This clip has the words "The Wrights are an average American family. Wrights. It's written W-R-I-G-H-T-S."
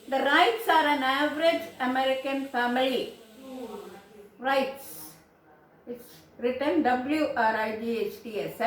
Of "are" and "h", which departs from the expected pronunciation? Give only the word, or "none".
none